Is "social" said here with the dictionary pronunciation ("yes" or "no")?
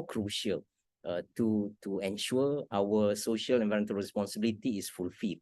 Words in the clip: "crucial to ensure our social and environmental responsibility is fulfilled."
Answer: yes